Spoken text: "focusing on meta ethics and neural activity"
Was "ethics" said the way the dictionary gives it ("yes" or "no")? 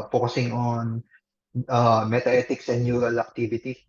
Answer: no